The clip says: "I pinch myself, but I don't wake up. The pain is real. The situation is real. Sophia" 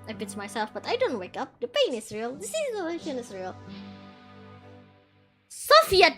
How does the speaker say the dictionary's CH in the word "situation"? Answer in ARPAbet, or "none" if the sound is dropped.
S